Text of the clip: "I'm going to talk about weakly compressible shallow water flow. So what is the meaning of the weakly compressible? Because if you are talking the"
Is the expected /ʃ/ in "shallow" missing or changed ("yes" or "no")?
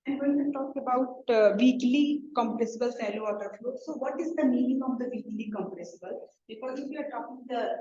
yes